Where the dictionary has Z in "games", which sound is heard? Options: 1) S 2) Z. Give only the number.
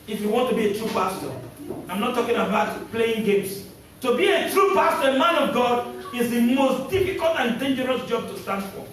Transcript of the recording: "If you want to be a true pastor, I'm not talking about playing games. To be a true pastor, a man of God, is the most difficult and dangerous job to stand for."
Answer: 1